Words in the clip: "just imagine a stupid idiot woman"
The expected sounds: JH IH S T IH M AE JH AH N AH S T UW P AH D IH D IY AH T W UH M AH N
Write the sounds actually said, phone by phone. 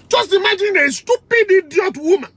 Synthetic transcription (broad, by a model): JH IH S T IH M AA JH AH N AH S T UW P AH D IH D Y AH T W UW M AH N